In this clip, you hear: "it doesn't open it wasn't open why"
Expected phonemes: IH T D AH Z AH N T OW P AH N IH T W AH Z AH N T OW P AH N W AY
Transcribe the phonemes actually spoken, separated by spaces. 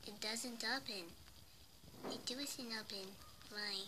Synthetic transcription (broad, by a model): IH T D AH Z AH N T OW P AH N IH T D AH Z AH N OW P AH N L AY